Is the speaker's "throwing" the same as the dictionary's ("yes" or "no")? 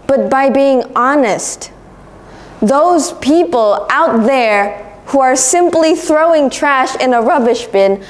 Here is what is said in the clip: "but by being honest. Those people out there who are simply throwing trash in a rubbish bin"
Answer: yes